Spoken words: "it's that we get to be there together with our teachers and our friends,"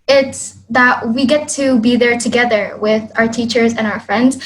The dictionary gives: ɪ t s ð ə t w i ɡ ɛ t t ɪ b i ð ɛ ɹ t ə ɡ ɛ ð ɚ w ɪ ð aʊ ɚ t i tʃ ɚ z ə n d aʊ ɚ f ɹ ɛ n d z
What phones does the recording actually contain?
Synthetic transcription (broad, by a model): ɪ t s ð ə t w i ɡ ɛ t t ɪ b i ð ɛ ɹ t ə ɡ ɛ ð ɚ w ɪ ð aʊ ɚ t i tʃ ɚ z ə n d aʊ ɚ f ɹ ɛ n d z